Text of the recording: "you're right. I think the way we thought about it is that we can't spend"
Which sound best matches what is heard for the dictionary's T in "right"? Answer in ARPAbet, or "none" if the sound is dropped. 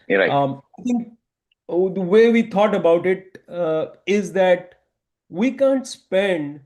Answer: none